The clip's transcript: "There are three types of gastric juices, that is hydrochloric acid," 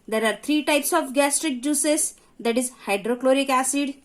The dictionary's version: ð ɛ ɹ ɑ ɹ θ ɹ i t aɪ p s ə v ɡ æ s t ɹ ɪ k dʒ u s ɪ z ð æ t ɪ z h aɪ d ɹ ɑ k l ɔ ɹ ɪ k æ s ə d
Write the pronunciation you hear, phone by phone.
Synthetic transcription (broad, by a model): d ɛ ɹ ɑ ɹ t ɹ i t aɪ p s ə f ɡ æ s t ɹ ɪ k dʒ u s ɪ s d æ t ɪ z h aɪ d ɹ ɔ k l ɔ ɹ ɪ k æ s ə d